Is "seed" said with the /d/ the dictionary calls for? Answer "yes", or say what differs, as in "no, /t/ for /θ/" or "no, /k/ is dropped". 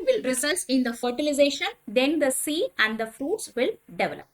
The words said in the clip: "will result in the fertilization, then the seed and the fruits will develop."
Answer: no, /d/ is dropped